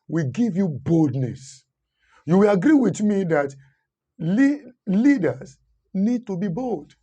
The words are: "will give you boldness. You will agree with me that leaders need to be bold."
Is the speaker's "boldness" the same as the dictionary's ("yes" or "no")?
yes